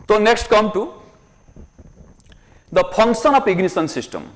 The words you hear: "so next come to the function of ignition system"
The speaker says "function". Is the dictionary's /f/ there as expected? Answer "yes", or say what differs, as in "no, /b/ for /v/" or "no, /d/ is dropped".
no, /p/ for /f/